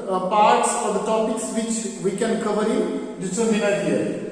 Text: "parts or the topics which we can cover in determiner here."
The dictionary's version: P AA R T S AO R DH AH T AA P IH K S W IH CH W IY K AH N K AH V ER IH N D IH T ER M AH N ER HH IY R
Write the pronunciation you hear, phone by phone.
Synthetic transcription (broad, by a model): P AA R T S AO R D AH T AA P IH K S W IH CH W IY K AH N K AH V ER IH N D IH S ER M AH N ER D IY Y